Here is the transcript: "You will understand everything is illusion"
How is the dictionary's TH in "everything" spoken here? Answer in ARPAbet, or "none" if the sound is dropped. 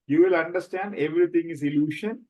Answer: T